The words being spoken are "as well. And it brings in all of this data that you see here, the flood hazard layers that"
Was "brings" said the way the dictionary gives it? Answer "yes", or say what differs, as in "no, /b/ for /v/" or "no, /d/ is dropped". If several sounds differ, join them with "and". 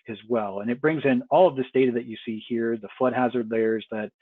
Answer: yes